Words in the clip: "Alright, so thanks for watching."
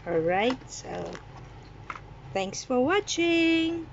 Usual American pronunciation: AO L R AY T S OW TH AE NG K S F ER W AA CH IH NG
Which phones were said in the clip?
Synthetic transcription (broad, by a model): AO L R AY T S OW TH AE NG K S F ER W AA CH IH NG